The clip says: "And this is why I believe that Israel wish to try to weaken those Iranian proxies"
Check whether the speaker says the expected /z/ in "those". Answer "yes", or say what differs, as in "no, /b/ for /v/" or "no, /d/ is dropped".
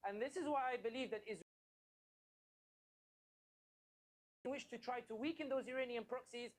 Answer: yes